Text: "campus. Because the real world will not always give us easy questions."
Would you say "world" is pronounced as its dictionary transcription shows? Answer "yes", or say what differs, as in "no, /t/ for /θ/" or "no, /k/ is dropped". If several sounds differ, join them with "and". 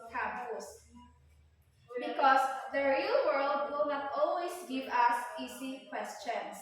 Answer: yes